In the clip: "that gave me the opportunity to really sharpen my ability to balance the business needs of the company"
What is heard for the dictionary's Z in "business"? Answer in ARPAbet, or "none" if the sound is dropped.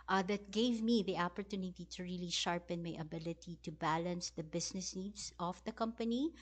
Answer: S